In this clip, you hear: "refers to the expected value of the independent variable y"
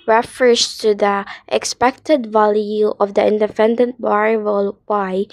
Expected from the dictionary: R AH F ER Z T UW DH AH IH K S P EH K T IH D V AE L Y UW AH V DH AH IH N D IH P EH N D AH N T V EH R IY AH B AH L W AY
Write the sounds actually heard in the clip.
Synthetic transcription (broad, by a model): R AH F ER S T UW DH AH IH K S P EH K T IH D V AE L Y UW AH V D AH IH N D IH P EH N D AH N T B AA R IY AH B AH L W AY